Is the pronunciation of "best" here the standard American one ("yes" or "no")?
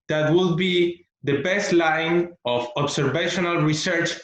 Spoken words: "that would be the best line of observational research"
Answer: yes